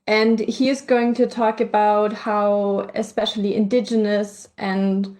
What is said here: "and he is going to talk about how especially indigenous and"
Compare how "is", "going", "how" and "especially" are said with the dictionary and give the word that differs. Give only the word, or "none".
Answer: none